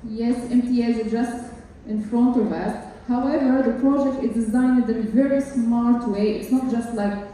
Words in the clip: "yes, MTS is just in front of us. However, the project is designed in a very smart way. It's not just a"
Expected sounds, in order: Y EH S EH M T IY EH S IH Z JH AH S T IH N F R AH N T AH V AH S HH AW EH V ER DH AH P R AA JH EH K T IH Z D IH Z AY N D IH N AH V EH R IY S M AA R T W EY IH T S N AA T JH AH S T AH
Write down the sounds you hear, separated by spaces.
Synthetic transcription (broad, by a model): Y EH S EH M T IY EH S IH JH AH S T IH N F R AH N T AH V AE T HH AW EH V ER DH AH P R AA JH EH K T IH Z D IH Z AY N D IH N AH V EH R IY S M AA R T W EY IH T S N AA T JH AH S T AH